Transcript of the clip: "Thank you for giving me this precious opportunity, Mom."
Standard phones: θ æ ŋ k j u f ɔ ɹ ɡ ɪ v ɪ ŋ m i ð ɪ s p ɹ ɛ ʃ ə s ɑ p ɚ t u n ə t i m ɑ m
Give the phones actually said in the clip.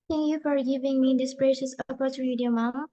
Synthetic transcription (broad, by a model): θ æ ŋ k j u f ɔ ɹ ɡ ɪ v ɪ ŋ m i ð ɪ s b ɹ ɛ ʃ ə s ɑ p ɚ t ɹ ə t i m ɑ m